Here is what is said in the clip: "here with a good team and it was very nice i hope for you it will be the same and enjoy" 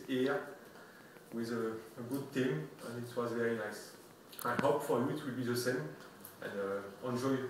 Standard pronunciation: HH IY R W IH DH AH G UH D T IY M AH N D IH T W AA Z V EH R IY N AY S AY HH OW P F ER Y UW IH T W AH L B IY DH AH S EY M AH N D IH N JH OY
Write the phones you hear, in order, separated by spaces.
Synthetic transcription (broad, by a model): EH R W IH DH AH G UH D T IY M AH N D IH T W AA Z V EH R IY N AY S AY HH OW P F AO Y UW IH T W AH L B IY DH AH S EY M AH N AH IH N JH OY